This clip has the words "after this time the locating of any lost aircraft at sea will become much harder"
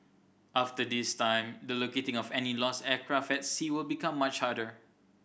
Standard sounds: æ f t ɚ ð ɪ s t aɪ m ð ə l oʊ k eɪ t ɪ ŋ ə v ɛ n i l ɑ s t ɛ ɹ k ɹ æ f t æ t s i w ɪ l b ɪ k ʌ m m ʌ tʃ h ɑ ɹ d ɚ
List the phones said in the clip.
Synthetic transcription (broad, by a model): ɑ f t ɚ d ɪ s t aɪ m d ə l oʊ k eɪ t ɪ ŋ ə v ɛ n i l ɑ s ɛ k ɹ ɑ f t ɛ t s i w ɪ l b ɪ k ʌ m m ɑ tʃ h ɑ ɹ d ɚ